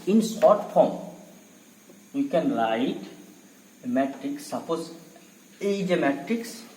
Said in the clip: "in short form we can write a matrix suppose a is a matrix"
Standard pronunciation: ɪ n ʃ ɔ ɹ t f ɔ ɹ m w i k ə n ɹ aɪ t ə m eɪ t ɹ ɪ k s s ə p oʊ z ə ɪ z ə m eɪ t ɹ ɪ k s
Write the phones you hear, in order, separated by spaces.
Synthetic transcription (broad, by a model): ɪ n s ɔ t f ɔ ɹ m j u k ə n l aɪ t m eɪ t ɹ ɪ k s s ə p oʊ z ə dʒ ə m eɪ t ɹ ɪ k s